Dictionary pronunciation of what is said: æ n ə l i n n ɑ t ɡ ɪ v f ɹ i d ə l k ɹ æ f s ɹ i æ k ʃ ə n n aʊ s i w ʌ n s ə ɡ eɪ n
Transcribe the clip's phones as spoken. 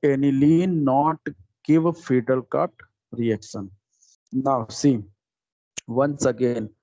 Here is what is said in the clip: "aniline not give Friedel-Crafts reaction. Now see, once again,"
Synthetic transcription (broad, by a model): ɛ n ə l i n n ɑ t ɡ ɪ v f i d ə l k ɑ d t ɹ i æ k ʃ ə n n aʊ s i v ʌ n s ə ɡ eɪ n